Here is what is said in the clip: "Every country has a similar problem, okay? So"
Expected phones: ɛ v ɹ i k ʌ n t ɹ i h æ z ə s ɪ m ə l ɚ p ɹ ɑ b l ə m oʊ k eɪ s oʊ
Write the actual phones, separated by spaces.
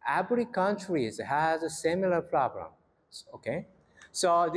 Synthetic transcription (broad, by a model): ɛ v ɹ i k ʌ n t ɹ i h æ z ə s ɪ m ə l ɚ p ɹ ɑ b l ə m oʊ k eɪ s oʊ